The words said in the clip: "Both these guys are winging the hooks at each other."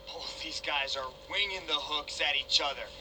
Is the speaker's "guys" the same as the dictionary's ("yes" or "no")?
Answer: yes